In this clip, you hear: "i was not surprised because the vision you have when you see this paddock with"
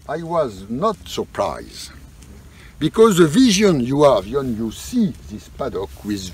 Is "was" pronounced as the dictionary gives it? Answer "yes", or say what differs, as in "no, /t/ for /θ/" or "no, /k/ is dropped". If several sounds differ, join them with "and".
yes